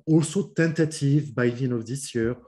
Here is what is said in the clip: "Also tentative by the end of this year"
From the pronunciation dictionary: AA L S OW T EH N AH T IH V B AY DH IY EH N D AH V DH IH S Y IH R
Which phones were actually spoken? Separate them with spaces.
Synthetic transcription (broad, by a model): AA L S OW T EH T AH T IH V B AY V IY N AH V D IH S Y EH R